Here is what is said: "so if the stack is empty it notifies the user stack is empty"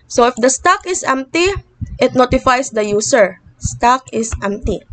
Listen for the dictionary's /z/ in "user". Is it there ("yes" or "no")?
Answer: no